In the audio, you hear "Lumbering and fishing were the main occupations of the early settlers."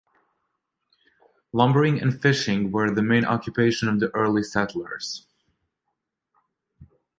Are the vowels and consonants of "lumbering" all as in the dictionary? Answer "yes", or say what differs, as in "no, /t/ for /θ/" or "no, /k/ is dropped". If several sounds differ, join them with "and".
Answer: yes